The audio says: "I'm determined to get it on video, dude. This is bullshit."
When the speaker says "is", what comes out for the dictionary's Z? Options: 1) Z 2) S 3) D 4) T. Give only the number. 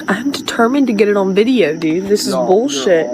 1